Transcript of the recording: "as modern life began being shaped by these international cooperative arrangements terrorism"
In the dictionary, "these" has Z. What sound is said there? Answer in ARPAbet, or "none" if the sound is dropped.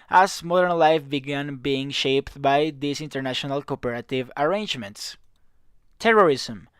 S